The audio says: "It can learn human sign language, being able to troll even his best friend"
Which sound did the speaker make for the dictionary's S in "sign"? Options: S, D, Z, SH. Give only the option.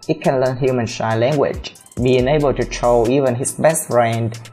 SH